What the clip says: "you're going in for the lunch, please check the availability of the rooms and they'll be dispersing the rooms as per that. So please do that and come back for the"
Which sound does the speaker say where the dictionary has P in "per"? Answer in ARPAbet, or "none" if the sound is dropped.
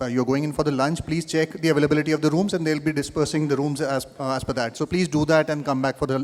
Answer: F